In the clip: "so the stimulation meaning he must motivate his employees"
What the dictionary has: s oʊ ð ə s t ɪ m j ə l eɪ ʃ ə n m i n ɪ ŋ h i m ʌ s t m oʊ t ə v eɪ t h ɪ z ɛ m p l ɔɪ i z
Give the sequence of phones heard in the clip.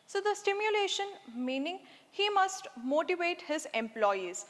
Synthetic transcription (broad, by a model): s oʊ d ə s t ɪ m j ə l eɪ ʃ ə n m i n ɪ ŋ h i m ʌ s t m oʊ t ə v eɪ t h ɪ z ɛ m p l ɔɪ i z